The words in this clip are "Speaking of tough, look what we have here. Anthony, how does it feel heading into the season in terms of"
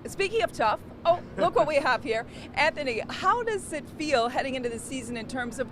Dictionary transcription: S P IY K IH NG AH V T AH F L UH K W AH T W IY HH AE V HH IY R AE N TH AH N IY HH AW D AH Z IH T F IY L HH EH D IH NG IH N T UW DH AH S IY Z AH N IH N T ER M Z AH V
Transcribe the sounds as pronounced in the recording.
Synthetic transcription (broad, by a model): S P IY K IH NG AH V T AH F L UH K W AH T W IY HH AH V HH IY R AE N TH AH N IY HH AW D AH Z IH T F IY L HH EH D IH NG IH N T UW DH AH S IY Z AH N IH N T ER M Z AH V